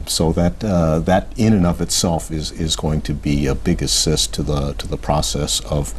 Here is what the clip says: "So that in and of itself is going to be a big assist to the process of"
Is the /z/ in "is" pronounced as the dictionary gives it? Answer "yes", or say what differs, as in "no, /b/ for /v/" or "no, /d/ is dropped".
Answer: yes